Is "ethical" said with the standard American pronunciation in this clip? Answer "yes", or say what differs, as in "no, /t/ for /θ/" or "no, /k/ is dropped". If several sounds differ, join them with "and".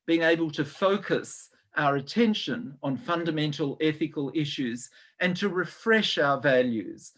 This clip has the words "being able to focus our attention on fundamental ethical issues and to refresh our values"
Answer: yes